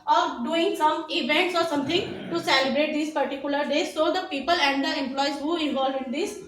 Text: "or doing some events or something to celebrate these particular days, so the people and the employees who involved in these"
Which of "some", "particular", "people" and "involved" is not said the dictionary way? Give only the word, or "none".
involved